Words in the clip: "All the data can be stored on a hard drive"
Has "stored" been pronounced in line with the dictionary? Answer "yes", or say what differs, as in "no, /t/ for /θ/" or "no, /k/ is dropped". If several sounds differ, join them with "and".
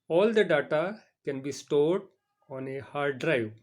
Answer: yes